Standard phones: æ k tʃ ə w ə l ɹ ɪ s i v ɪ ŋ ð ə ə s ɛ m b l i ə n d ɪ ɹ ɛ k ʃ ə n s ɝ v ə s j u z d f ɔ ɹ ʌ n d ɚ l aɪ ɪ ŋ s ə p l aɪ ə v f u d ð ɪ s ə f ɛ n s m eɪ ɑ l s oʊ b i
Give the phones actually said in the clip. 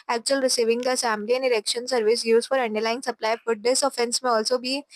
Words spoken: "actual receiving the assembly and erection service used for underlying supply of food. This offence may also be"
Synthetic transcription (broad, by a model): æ k tʃ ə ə l ɹ ɪ s i v ɪ ŋ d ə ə s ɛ m l i ə n d ɪ ɹ ɛ k ʃ ə n s ɝ v ə s j u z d f ɔ ɹ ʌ n d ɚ l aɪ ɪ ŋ s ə p l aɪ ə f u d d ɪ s ə f ɛ n s m eɪ ɑ l s oʊ b i